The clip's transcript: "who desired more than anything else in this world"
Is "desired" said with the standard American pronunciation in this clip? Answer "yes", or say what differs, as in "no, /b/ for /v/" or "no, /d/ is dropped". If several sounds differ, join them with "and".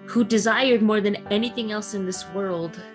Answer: yes